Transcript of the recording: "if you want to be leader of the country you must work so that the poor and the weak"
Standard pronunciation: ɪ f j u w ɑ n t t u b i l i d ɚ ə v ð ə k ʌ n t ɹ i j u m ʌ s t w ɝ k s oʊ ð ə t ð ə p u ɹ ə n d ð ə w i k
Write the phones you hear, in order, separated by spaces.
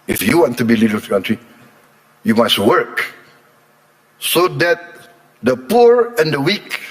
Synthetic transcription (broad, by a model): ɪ f j u w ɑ n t t u b i l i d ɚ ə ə k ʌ n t ɹ i j u m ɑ s t w ɝ k s oʊ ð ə t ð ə p u ɹ ə n d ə w i k